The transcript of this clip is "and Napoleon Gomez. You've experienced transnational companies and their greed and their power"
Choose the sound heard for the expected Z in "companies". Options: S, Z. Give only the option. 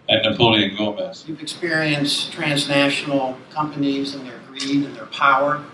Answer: Z